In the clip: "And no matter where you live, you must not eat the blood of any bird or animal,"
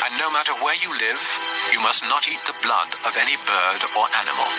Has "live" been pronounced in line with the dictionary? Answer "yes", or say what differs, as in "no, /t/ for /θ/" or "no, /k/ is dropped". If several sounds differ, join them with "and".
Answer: yes